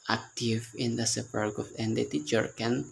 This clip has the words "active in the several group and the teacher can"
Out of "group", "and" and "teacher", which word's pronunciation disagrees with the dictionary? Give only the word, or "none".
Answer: group